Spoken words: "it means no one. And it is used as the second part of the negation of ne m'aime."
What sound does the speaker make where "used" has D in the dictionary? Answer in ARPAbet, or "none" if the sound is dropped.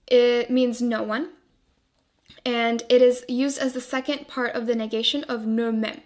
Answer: D